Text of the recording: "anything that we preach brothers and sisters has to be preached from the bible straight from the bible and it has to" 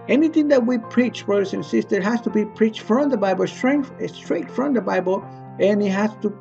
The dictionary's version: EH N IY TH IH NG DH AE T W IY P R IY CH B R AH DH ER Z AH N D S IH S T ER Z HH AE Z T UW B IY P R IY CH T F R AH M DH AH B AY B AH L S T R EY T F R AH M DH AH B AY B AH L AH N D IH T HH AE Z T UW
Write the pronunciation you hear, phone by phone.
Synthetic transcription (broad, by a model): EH N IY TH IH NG DH AE T W IY P R IY CH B R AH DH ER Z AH N S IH S T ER HH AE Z T UW B IY P R IY CH T F R AH M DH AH B AY B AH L S T R EY T F R AH M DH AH B AY B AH L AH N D IH T HH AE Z T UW